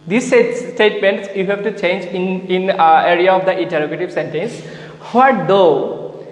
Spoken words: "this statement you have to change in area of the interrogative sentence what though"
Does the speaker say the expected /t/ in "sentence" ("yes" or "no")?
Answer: yes